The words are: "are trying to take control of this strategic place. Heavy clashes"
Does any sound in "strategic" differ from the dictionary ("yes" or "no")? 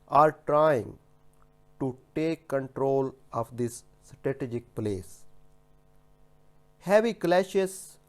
no